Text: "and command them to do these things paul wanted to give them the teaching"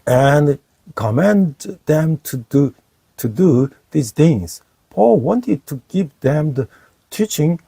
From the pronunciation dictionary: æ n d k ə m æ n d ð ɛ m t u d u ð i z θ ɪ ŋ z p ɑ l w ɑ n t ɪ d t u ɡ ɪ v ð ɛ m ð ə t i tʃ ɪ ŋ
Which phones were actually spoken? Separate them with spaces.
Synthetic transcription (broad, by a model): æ n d k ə m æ n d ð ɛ m t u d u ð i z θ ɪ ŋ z p ɑ l w ɑ n t ɪ d t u ɡ ɪ v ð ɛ m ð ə t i tʃ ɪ ŋ